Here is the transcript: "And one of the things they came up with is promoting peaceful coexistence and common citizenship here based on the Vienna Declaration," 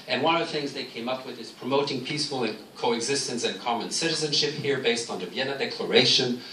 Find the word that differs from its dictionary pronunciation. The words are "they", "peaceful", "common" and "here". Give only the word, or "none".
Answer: peaceful